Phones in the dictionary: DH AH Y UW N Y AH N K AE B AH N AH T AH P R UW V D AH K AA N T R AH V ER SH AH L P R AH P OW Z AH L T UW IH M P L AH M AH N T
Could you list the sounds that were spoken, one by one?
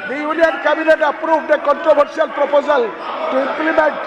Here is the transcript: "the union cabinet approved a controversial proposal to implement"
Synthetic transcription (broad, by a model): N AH Y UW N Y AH N K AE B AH N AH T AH P R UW B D AH K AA N T R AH B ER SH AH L P R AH P OW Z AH L T UW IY M P L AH M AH N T